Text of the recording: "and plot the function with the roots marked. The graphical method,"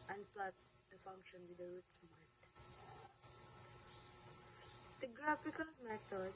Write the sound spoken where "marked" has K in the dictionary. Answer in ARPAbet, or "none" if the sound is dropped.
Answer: none